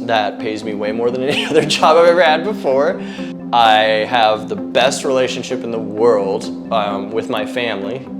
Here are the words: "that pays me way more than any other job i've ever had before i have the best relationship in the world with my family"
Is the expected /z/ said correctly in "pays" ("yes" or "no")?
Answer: yes